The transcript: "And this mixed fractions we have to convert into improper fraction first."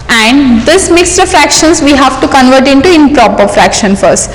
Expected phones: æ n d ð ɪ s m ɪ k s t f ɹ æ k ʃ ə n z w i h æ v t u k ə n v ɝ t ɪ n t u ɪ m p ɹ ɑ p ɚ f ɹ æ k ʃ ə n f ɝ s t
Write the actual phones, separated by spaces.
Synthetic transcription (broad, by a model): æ n d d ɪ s m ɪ k s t f ɹ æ k ʃ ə n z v i h æ v t u k ə n v ɝ t ɪ n t u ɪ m p ɹ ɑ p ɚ f ɹ æ k ʃ ə n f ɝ s t